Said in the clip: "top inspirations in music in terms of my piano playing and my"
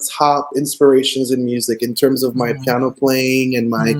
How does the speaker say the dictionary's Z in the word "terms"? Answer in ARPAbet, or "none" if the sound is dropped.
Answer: Z